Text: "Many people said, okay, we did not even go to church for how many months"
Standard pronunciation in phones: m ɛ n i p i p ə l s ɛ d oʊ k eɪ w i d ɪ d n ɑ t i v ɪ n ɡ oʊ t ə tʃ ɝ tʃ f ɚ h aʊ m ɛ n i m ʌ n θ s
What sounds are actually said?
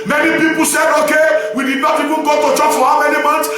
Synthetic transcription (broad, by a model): m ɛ n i p i p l s ɛ d oʊ k eɪ w i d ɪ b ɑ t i w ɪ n ɡ oʊ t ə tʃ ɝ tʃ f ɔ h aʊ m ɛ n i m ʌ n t